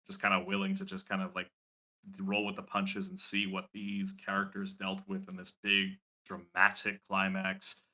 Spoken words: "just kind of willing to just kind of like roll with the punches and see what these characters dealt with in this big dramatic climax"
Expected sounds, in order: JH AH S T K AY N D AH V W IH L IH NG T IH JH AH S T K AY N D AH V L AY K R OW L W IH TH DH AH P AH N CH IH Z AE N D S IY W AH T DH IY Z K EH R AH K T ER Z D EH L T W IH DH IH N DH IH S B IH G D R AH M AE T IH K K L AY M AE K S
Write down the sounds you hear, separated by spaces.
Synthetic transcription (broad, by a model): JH AH S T K AY N D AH W IH L IH NG T IH JH AH S K AY N D AH V L AY K R OW L W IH DH AH P AH N CH IH Z N S IY W AH T DH IY Z K EH R AH K T ER Z D EH L T W IH DH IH N DH IH S B IH G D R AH M AE T IH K K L AY M AE K S